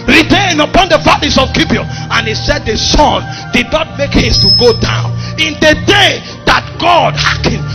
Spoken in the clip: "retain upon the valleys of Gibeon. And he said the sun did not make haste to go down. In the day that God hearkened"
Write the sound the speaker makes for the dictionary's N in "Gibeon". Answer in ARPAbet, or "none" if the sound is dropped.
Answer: none